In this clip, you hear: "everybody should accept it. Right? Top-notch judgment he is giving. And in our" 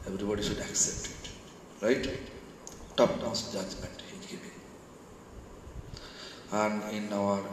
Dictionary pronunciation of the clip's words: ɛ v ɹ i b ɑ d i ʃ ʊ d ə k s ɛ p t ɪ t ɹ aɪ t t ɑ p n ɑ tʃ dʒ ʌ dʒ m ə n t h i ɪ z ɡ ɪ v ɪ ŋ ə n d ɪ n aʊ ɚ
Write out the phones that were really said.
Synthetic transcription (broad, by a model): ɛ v ɹ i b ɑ d i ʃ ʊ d ə k s ɛ p t ɪ t ɹ aɪ t t ɑ p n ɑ s dʒ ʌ dʒ m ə n t h i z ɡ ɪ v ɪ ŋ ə n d ɪ n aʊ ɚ